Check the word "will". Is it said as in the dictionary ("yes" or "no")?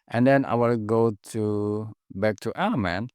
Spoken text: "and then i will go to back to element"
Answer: yes